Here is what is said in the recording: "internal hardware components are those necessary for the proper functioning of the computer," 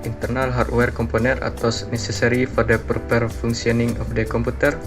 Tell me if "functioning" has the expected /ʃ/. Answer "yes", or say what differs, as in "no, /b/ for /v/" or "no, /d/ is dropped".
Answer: no, /s/ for /ʃ/